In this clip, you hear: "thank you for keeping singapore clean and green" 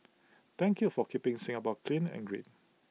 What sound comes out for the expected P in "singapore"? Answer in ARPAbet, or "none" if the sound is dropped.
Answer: B